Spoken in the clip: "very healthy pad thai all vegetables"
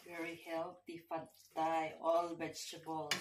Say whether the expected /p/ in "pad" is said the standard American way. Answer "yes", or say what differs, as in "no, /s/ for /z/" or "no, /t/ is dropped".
no, /f/ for /p/